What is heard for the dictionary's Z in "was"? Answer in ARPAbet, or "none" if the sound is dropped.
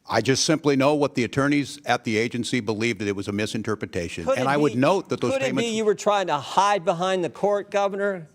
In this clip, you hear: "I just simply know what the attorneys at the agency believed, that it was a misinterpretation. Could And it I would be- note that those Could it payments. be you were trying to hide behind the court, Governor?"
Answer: Z